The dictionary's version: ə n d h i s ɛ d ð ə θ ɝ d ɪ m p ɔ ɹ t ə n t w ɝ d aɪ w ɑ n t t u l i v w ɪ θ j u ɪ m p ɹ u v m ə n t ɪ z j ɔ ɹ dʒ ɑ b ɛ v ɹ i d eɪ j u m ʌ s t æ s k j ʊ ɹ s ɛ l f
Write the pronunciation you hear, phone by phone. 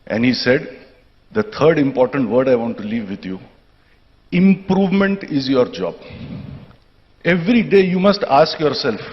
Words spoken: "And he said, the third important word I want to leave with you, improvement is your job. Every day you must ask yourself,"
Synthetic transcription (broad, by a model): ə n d h i s ɛ d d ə t ɝ d ɪ m p ɔ ɹ t ə n t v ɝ d aɪ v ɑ n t t u l i v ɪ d j u ɪ m p ɹ u v m ə n t ɪ z j ɔ ɹ dʒ ɑ b ɛ v ɹ i d eɪ j u m ʌ s t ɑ s k j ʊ ɹ s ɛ l f